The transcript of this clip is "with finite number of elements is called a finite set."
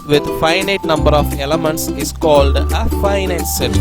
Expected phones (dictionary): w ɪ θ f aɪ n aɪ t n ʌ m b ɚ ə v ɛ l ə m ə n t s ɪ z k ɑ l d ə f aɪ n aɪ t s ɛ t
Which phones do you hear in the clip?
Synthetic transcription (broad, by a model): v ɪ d f aɪ n aɪ t n ʌ m b ɚ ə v ɛ l ə m ə n t s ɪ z k ɑ l d ə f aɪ n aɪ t s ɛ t